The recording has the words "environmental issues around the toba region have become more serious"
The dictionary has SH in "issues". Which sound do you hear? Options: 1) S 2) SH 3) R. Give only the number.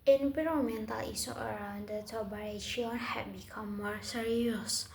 1